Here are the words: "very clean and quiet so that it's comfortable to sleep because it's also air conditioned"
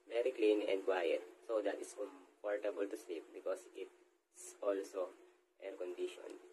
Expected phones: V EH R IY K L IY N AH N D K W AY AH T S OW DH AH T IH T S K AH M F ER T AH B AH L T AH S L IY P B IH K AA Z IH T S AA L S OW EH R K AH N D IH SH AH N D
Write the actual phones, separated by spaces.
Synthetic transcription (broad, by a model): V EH R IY K L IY N AH N D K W AY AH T S OW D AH T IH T S K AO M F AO T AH B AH L T AH S L IY P B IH K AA S IH T S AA L S OW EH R K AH N D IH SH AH N